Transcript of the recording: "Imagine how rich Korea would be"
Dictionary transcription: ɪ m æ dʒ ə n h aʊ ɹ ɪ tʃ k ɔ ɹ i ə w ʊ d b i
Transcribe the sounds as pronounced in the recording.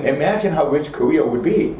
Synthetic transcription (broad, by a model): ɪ m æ dʒ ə n h aʊ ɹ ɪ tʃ k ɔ i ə w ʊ d b i